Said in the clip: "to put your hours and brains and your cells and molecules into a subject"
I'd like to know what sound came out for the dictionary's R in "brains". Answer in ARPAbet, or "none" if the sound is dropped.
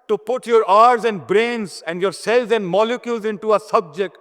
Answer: R